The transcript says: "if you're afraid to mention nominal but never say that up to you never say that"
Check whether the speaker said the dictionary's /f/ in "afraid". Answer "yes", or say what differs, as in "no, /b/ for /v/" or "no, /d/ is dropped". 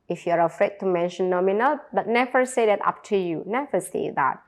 yes